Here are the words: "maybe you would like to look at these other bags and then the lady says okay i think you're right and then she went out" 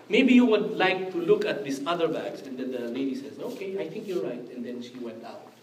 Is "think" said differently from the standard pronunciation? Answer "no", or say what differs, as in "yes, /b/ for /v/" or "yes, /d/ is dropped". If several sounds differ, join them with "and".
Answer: yes, /t/ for /θ/